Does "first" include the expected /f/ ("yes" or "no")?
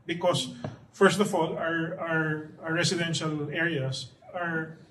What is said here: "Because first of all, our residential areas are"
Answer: yes